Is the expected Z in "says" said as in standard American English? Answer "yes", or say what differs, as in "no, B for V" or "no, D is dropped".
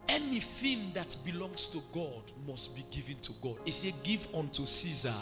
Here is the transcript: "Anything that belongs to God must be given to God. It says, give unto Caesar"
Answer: no, Z is dropped